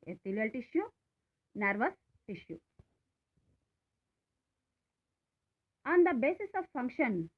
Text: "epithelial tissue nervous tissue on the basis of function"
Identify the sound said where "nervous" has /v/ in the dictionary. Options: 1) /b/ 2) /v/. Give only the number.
2